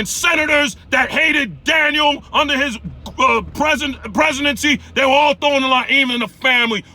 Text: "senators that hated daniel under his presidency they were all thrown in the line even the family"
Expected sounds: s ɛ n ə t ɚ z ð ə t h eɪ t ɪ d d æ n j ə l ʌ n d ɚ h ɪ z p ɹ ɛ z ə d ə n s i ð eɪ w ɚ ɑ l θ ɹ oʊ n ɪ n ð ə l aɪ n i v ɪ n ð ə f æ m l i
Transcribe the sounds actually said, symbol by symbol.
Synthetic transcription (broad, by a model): s ɛ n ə t ɚ z ð ə t h eɪ t ɪ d d æ n j l ʌ n d ɚ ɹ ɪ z p ɹ ɛ z ə d ə n s i ð eɪ w ɚ ɑ l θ oʊ ɪ n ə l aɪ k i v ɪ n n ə f æ m l i